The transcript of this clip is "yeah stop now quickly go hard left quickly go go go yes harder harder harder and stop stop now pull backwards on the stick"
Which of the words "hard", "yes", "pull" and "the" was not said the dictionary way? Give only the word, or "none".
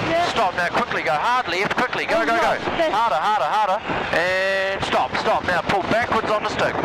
yes